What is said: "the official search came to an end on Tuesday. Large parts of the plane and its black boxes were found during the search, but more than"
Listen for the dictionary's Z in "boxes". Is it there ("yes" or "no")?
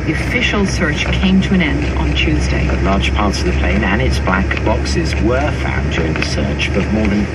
yes